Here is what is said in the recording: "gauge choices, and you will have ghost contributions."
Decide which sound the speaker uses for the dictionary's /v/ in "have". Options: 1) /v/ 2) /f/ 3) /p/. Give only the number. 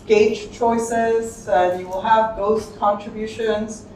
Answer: 1